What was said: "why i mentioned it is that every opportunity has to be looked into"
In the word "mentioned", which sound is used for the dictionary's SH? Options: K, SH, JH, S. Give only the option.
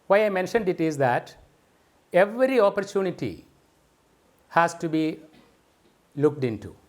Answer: SH